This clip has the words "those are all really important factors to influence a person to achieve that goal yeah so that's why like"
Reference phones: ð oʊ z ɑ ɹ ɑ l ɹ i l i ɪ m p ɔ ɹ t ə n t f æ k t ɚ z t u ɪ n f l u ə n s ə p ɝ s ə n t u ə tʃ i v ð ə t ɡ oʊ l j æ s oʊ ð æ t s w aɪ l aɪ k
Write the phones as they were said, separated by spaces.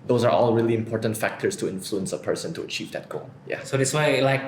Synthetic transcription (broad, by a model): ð oʊ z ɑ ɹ ɑ l ɹ i l i ɪ m p ɔ ɹ t ə n t f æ k t ɚ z t u ɪ n f l u ə n s ə p ɝ s ə n t u ə tʃ i v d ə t ɡ oʊ l j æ s oʊ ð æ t s w aɪ l aɪ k